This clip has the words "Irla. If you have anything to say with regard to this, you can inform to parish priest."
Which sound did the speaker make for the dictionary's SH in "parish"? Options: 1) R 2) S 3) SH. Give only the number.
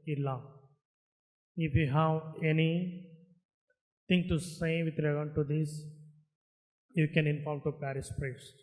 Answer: 2